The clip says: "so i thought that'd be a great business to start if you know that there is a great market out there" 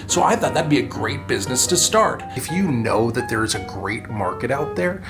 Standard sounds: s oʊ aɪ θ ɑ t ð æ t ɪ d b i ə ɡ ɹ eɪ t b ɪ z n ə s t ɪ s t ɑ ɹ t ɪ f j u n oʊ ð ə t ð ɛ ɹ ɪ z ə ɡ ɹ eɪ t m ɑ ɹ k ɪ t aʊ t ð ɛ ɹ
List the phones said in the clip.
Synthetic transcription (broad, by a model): s oʊ aɪ θ ɑ t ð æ t b i ə ɡ ɹ eɪ t b ɪ z n ə s t ɪ s t ɑ ɹ t ɪ f j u n oʊ ð ə t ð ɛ ɹ ɪ z ə ɡ ɹ eɪ t m ɑ ɹ k ɪ t aʊ t ð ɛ ɹ